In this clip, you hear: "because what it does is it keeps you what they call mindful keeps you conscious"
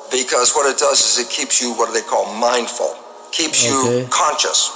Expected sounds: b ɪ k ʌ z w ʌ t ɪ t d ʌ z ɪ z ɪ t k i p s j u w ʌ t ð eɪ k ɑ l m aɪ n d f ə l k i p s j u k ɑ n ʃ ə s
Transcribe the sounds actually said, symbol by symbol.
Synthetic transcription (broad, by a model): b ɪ k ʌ z w ʌ t ɪ t d ʌ z ɪ z ɪ t k i p s j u w ʌ t ð eɪ k ɑ l m aɪ n d f ə l k i p s j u k ɑ n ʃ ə s